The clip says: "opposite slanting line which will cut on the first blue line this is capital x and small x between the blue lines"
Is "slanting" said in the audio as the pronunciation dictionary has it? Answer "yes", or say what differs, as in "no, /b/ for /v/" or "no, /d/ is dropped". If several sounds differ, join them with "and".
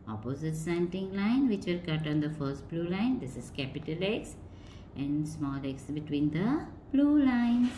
no, /l/ is dropped